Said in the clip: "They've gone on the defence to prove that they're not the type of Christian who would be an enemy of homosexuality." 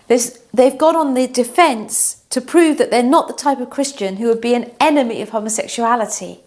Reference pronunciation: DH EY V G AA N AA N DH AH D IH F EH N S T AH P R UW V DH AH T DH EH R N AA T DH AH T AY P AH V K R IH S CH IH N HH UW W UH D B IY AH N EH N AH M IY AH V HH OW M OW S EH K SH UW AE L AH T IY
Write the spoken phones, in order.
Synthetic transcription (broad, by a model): DH EY V G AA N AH N DH AH D IH F EH N S T AH P R UW V DH AH T DH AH R N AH T DH AH T AY P AH V K R IH S CH IH N HH UW W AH D B IY AH N EH N AH M IY AH V HH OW M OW S EH K SH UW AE L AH T IY